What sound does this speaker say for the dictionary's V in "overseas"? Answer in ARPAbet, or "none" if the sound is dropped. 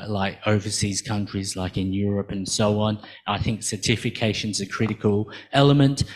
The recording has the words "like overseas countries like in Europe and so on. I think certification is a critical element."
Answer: V